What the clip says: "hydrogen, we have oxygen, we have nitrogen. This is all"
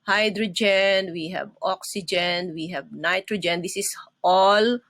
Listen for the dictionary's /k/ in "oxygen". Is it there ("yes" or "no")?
yes